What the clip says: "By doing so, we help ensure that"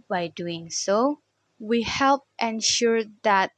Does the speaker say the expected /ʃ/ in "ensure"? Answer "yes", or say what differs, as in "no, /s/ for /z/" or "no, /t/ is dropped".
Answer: yes